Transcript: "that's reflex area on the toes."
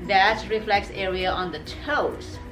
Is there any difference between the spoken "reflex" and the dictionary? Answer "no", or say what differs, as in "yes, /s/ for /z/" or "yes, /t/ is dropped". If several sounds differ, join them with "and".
no